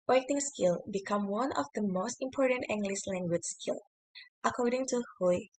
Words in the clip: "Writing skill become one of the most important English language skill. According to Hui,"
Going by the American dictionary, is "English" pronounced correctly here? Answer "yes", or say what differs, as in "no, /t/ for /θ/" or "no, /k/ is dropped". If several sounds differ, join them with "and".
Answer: no, /s/ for /ʃ/